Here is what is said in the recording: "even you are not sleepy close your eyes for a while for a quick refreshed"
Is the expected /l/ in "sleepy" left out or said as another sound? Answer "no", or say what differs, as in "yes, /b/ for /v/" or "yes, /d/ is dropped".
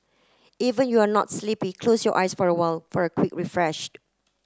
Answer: no